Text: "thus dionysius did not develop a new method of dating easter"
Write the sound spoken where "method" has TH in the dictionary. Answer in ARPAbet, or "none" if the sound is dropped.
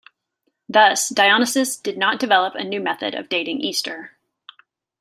TH